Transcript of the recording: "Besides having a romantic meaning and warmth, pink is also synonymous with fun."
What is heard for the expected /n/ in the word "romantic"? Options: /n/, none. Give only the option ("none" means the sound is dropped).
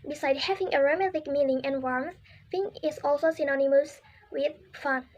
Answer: none